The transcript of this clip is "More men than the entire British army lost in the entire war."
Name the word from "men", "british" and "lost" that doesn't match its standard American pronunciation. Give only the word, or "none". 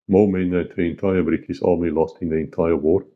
british